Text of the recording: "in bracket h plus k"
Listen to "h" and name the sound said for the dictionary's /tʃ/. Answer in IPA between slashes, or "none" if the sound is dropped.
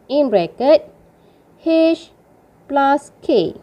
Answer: /ʃ/